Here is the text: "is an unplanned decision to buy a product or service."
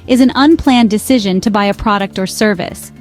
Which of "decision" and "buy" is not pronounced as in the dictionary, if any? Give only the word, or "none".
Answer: none